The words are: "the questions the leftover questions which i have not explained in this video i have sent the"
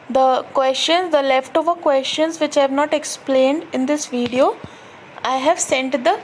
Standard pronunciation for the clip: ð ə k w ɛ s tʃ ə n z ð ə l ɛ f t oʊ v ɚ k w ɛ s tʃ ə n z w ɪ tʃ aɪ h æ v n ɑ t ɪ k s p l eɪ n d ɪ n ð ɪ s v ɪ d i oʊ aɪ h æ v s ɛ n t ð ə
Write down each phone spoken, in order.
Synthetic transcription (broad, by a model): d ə k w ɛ s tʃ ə n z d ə l ɛ f t oʊ v ɚ k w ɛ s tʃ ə n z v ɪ tʃ aɪ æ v n ɑ t ɪ k s p l eɪ n d ɪ n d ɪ s v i d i oʊ aɪ h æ v s ɛ n t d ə